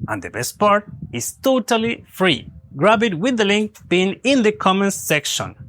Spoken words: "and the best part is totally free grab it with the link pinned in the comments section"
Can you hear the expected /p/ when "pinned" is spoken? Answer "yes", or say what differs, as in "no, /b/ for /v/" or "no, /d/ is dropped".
no, /b/ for /p/